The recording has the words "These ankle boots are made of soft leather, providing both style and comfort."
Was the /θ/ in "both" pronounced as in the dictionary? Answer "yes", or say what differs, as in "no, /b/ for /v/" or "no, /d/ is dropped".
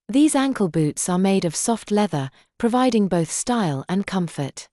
yes